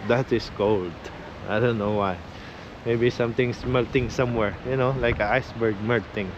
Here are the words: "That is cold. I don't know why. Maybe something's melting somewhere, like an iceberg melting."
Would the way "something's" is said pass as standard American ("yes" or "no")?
no